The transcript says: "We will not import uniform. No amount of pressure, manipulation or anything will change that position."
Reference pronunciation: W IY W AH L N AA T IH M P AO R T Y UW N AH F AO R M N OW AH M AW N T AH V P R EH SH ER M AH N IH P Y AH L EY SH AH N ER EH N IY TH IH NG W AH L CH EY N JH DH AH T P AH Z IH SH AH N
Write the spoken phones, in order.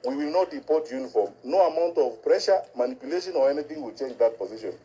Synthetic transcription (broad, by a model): W IY W AH L N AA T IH P AO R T Y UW N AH F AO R M N OW AH M AW N T AH V P R EH SH ER M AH N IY P Y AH L EY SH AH N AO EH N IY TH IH NG W AH L CH EY N JH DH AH T P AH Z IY SH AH N